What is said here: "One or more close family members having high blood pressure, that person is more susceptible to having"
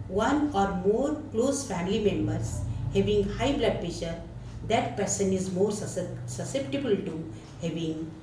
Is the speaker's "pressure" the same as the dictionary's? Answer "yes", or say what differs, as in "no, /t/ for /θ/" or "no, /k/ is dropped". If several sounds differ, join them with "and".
no, /ɹ/ is dropped